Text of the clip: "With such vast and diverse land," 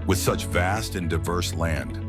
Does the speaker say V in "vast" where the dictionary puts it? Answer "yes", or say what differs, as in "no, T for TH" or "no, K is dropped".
yes